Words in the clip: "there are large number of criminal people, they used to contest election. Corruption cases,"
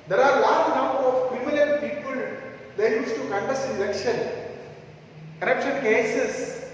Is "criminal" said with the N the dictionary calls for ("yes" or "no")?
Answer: no